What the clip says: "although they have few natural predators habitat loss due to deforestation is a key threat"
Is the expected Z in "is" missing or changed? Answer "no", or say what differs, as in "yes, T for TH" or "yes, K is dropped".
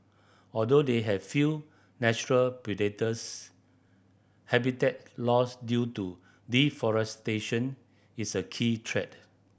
yes, S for Z